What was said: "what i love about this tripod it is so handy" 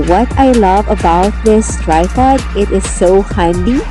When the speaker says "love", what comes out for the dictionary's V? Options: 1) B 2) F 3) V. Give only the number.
3